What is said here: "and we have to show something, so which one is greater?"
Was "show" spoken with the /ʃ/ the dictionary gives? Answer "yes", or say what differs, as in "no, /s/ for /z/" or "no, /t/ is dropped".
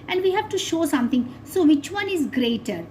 yes